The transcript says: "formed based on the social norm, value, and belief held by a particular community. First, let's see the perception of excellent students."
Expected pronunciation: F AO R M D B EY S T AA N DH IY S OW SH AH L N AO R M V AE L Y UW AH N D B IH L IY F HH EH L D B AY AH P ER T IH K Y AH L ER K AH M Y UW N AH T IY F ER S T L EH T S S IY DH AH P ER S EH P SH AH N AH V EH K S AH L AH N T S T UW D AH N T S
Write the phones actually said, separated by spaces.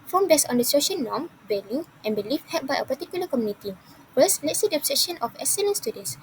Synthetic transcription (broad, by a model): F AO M B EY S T AA N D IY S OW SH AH N N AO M B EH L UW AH N B IH L IY F HH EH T B AY AH P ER T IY K Y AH L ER K AH M Y UW N AH T IY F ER S L EH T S S IY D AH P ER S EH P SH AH N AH F EH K S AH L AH N S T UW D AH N S